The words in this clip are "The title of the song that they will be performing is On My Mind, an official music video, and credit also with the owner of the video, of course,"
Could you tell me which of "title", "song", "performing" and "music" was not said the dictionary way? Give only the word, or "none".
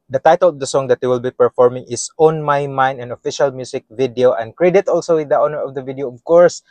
music